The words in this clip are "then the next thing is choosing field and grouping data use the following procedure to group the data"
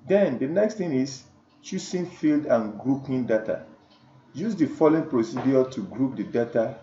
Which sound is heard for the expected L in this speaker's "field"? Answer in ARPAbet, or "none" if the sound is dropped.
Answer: L